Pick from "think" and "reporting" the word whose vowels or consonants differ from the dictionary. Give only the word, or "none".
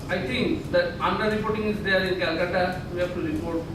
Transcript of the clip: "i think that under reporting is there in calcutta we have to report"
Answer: think